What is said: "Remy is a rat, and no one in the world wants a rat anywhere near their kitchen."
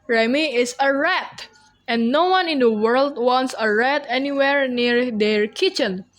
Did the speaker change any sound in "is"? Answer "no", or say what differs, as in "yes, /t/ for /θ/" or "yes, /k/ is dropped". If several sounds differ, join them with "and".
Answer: yes, /s/ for /z/